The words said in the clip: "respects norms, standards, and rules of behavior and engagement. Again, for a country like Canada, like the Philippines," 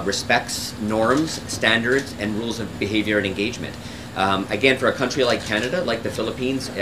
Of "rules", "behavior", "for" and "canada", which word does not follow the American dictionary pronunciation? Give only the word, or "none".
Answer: none